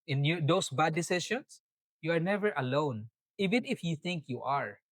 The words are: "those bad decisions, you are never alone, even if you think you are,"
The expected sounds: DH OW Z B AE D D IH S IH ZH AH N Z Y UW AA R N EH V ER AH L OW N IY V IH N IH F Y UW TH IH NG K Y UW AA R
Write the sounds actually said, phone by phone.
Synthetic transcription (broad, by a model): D OW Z B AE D D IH S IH SH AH N S Y UW AA R N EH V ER AH L OW N IY V IH N IH F Y UW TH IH NG K Y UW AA R